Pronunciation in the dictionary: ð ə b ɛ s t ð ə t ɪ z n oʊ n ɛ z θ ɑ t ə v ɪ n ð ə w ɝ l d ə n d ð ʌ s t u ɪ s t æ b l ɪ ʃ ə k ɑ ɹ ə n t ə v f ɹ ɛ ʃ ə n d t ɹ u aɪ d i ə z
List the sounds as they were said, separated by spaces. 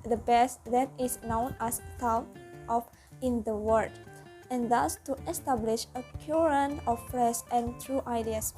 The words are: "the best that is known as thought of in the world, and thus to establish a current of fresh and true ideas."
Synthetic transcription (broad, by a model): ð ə b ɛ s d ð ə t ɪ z n oʊ n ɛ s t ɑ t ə p ɪ n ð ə w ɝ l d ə n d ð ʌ s t u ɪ s t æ b l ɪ ʃ ə k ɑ ɹ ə n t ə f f ɹ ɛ s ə n t ɹ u aɪ d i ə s